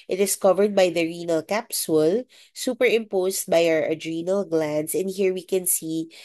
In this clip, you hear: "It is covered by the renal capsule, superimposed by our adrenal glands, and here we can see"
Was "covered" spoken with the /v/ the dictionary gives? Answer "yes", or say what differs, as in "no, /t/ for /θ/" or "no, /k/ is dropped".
yes